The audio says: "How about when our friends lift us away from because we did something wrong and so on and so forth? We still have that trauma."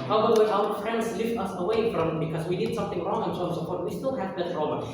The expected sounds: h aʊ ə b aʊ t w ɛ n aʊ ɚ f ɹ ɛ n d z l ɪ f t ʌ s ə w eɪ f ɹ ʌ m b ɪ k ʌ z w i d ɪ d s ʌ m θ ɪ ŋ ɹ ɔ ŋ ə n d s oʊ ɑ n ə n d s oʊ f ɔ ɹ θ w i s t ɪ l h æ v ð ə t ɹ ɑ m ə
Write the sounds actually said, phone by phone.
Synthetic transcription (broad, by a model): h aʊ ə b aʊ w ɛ aʊ ɚ f ɹ ɛ n d z l ɪ f t ʌ s ə w eɪ f ɹ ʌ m b ɪ k ʌ z w i d ɪ d s ʌ m θ ɪ ŋ ɹ ɔ ŋ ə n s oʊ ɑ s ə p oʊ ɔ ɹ t w i s t ɪ l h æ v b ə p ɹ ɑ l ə